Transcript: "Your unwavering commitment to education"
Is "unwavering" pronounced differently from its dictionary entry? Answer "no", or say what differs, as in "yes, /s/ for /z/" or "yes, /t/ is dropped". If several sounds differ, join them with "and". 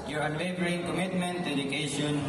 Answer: yes, /b/ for /v/